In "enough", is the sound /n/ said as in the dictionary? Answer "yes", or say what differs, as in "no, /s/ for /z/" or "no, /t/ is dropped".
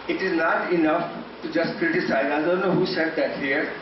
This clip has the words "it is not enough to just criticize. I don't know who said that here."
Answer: yes